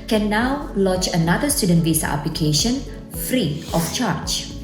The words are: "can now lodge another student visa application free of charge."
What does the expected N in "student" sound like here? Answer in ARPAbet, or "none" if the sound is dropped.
N